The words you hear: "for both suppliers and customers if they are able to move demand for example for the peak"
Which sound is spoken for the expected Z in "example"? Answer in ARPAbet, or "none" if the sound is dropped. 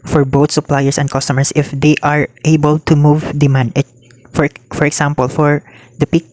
S